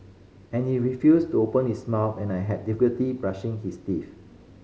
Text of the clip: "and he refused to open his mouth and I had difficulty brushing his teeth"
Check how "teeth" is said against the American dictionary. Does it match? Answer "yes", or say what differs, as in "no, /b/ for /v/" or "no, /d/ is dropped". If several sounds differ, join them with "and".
no, /f/ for /θ/